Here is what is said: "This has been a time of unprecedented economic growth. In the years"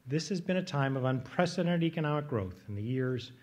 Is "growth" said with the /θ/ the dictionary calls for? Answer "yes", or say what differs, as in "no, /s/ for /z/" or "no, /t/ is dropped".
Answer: yes